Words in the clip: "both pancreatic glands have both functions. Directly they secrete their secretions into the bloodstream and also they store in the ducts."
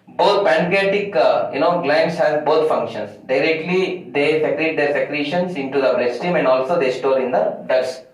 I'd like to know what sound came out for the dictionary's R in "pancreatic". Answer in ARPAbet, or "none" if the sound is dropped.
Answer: none